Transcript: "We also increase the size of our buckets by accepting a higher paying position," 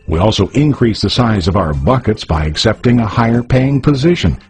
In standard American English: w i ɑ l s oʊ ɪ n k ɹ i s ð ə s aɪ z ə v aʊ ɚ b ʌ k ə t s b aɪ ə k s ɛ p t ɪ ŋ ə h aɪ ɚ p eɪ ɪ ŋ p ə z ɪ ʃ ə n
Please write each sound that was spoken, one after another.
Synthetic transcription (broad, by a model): w i ɑ l s oʊ ɪ n k ɹ i s ð ə s aɪ z ə v aʊ ɚ b ʌ k ə t s b aɪ ə k s ɛ p t ɪ ŋ ə h aɪ ɚ p eɪ ɪ ŋ p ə z ɪ ʃ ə n